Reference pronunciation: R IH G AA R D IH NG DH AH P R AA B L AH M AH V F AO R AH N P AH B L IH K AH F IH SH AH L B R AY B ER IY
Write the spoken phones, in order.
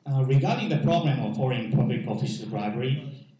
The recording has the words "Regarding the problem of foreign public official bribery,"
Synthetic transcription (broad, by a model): R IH G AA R D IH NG DH AH P R AA B L AH M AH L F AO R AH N P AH B L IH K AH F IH S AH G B R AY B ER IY